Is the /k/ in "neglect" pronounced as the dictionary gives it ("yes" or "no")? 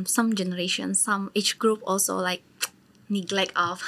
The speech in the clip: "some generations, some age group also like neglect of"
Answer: yes